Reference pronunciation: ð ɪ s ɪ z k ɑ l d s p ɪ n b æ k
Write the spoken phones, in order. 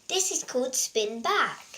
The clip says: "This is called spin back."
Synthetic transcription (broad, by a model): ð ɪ s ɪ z k ɑ l d s p ɪ n b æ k